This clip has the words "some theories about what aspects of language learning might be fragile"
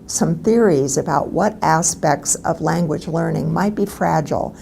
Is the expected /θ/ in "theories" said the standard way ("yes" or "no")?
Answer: yes